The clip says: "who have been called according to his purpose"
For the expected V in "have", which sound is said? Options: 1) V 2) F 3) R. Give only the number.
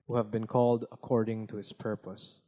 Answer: 1